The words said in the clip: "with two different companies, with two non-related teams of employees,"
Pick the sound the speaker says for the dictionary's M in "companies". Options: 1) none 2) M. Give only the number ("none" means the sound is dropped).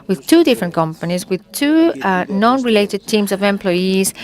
2